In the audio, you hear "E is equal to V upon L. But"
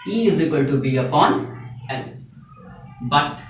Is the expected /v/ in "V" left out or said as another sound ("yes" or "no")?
yes